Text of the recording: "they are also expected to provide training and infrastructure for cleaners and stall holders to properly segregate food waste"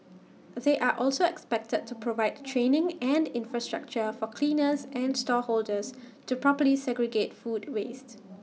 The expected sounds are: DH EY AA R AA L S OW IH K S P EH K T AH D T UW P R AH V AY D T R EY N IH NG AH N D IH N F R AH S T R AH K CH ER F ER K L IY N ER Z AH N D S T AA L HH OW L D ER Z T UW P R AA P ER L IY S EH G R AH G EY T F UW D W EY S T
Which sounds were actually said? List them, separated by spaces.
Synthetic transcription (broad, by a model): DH EY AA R AA L S OW IH K S P EH K T AH D T UW P R AH V AY D T R EY N IH NG AH N D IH N F R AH S T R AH K CH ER F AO K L IY N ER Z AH N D S T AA HH OW L D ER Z T UW P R AA P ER L IY S EH G R AH G EY T F UW D W EY S T